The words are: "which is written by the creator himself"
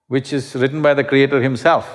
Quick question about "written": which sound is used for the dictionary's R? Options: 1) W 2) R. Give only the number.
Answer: 2